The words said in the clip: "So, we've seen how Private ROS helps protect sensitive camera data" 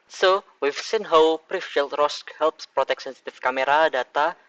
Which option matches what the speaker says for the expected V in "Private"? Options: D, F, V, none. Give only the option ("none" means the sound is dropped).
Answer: F